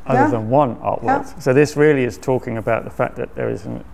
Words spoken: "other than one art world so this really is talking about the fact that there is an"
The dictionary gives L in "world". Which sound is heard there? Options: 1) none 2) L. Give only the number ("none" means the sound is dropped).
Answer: 1